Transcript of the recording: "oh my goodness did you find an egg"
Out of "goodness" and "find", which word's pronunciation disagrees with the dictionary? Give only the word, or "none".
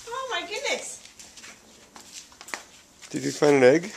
find